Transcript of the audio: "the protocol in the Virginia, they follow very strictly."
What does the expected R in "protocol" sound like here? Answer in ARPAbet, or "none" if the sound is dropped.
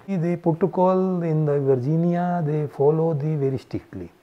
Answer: none